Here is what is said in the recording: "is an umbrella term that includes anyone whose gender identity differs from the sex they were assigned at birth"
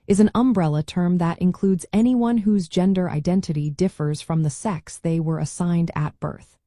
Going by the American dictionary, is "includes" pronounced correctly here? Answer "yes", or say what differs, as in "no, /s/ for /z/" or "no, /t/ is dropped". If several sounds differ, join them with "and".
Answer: yes